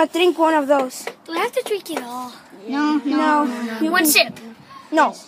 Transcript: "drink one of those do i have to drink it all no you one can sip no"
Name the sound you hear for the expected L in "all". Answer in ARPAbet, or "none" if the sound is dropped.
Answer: N